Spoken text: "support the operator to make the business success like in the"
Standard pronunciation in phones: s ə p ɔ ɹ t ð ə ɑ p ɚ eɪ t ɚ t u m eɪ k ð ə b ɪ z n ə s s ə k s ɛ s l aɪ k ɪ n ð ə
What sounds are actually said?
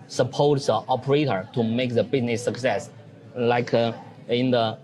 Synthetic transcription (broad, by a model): s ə p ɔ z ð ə ɑ p ɚ eɪ t ɚ t u m eɪ k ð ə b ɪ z n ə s s ə k s ɛ s l aɪ k ɪ n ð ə